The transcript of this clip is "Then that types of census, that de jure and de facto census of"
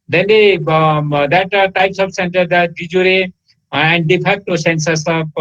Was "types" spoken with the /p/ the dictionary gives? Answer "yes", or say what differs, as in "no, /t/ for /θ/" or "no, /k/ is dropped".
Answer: yes